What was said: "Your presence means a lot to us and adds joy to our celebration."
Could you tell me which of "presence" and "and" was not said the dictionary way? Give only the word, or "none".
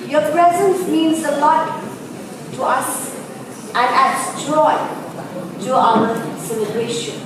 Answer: none